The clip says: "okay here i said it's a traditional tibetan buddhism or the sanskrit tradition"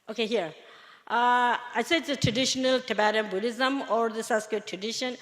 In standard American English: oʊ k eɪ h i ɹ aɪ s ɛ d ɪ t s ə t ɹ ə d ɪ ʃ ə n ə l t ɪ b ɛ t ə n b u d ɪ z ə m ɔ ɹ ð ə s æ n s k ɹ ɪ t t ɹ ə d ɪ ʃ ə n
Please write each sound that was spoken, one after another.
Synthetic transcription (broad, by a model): oʊ k eɪ h i ɹ aɪ s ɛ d ɪ t s ə t ɹ ə d ɪ ʃ ə n ə l t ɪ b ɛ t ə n b u d ɪ z ə m ɔ ɹ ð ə s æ s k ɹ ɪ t t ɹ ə d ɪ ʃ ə n